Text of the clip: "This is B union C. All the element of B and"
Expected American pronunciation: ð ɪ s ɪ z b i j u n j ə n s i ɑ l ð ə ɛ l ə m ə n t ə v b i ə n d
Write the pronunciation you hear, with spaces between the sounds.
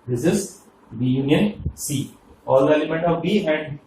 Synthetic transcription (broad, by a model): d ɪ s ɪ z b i j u n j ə n s i ɑ l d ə ɛ l ə m ə n t ə v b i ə n d